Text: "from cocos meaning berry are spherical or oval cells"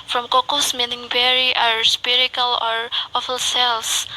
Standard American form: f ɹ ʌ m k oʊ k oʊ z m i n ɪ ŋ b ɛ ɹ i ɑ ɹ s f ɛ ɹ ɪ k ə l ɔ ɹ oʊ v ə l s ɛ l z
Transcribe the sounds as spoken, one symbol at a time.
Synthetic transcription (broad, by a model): f ɹ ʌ m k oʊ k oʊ s m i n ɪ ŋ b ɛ ɹ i ɑ ɹ s p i ɹ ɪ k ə l ɔ ɹ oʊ f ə l s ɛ l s